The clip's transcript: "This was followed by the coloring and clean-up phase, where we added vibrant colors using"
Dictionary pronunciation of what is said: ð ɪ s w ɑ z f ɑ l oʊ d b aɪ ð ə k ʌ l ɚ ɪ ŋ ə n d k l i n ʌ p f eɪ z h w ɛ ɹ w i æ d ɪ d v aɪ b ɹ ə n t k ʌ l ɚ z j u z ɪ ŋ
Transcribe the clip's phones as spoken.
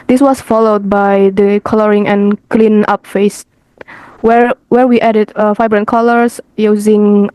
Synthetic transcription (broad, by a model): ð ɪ s w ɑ s f ɑ l oʊ d b aɪ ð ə k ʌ l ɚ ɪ ŋ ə n k l i n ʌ p f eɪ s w w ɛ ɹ w i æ d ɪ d f aɪ b ɹ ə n k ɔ l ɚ s j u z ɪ ŋ